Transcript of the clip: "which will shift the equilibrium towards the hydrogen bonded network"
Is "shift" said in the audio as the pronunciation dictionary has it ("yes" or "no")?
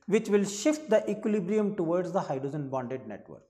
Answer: yes